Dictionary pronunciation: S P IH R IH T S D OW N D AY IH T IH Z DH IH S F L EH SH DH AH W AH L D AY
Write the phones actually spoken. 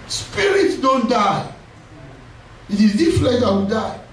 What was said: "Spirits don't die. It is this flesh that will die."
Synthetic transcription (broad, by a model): S P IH R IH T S D OW N D AY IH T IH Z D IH F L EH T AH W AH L D AY